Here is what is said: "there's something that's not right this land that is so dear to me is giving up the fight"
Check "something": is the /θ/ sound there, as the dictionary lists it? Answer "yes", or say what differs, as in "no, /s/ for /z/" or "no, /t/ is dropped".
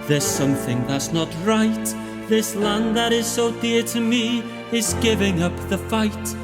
yes